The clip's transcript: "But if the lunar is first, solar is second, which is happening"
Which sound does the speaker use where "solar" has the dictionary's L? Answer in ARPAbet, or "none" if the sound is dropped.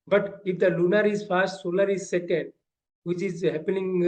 N